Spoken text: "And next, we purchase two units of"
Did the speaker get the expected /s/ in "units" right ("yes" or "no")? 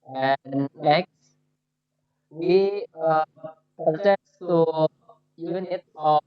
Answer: no